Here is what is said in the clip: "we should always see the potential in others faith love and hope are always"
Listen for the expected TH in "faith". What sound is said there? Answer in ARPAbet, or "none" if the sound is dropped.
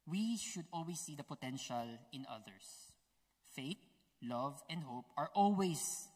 T